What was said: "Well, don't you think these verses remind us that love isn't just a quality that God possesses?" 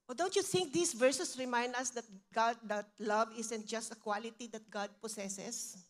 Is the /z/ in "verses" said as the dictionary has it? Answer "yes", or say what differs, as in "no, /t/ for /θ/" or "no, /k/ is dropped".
no, /s/ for /z/